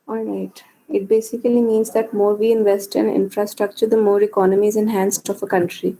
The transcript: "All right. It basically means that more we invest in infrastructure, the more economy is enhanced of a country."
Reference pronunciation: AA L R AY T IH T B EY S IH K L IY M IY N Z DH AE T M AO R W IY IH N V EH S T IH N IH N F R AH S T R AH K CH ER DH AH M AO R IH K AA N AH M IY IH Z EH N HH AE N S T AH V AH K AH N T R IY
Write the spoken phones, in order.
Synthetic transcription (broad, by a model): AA L R AY T IH T B EY S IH K L IY M IY N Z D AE T M AO R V IY IH N V EH S T IH N IH N F R AH S T R AH K CH ER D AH M AO R IH K AA N AH M IY IH Z EH N HH AE N S T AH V AH K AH N T R IY